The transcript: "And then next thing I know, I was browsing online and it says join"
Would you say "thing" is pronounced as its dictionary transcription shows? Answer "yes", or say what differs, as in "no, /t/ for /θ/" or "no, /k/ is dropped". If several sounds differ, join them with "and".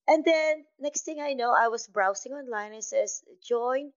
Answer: no, /t/ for /θ/